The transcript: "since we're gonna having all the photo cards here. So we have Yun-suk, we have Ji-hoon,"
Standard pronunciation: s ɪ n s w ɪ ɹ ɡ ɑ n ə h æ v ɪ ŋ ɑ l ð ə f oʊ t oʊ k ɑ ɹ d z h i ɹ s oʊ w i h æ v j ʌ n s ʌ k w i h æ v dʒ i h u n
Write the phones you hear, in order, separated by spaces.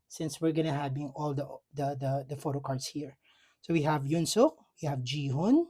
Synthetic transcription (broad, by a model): s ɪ n s w ɪ ɹ ɡ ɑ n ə h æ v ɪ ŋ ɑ l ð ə f oʊ t oʊ k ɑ ɹ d s h i ɹ s oʊ w i h æ v j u n s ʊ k w i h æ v dʒ i h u n